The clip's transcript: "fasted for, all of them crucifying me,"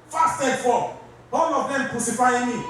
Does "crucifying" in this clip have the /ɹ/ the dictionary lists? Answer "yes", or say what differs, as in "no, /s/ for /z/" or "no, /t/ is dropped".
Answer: no, /ɹ/ is dropped